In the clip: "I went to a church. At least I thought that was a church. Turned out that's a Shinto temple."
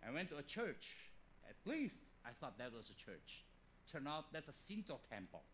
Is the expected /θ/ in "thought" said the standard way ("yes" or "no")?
yes